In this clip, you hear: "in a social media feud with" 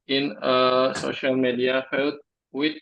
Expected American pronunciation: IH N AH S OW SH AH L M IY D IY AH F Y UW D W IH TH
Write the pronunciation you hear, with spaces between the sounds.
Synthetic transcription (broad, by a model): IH N AH S OW SH AH L M IY D IY AH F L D W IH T